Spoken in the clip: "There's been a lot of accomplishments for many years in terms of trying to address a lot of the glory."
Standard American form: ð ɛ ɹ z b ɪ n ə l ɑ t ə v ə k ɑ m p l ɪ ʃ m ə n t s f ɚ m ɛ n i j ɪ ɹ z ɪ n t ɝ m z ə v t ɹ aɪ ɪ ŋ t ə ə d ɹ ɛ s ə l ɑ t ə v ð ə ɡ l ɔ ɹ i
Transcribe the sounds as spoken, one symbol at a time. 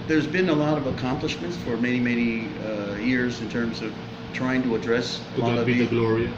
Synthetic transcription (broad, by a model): ð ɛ ɹ z b ɪ n ə l ɑ t ə v ə k ɑ m p l ɪ ʃ m ə n t s f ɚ m ɛ n i j ɪ ɹ z ɪ n t ɝ m z ə v t ɹ aɪ ɪ ŋ t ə ə d ɹ ɛ s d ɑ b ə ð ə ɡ l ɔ ɹ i